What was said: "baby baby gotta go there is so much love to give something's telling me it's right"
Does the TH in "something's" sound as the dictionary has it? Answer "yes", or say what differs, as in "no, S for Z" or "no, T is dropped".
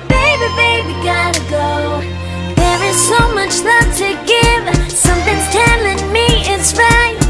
yes